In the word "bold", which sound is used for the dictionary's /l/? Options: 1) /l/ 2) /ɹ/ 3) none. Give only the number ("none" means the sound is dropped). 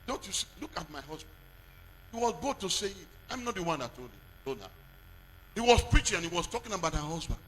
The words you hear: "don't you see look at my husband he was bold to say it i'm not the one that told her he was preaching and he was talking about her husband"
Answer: 3